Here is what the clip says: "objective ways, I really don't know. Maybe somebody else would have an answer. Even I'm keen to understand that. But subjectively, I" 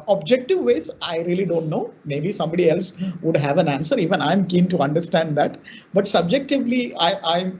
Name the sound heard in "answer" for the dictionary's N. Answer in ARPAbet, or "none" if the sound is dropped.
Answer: N